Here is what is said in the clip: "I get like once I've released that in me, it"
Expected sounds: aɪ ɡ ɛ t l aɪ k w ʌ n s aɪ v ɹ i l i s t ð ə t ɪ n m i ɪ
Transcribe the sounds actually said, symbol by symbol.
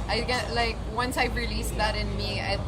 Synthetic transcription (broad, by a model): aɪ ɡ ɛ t l aɪ k w ʌ n s aɪ p ɹ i l i s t ð ə t ɪ n m i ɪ